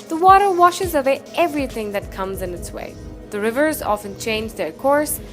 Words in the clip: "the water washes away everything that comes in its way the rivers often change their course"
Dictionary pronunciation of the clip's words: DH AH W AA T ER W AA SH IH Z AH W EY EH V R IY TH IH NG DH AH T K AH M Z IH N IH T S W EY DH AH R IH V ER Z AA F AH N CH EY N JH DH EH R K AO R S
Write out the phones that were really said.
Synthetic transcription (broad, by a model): DH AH W AA T ER W AA SH IH Z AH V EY EH V R IY TH IH NG DH AH T K AH M Z IH N IH T S W EY DH AH R IH V ER Z AA F AH N CH EY N JH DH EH R K AO R S